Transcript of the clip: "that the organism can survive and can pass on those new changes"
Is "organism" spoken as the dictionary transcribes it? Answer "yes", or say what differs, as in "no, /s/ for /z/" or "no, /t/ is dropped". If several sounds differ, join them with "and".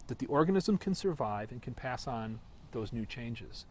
yes